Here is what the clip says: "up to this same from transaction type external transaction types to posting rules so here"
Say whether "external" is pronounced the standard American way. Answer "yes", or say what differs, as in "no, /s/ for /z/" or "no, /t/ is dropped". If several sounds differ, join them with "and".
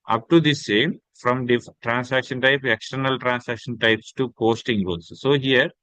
yes